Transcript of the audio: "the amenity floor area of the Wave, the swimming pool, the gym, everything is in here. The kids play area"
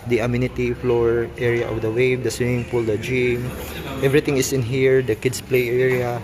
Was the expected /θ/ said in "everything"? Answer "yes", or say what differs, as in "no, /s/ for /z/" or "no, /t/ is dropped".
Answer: no, /t/ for /θ/